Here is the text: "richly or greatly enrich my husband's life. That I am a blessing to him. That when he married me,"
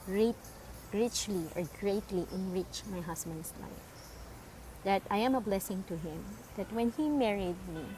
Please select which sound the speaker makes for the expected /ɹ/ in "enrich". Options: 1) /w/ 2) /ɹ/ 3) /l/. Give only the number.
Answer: 2